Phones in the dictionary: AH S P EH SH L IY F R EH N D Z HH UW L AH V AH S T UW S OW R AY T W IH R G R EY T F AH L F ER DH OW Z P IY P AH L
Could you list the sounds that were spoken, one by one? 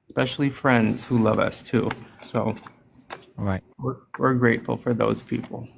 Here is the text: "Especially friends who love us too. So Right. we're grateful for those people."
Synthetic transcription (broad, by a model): S P EH SH L IY F R EH N D Z HH UW L AH V AH S T UW S OW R AY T W IH R G R EY T F L F ER DH OW Z P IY P L